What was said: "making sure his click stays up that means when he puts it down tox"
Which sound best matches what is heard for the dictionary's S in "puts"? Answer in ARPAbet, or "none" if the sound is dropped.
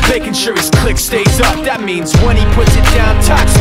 S